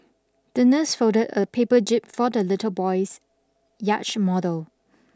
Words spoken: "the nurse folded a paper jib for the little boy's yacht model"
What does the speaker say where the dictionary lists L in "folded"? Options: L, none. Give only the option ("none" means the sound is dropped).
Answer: none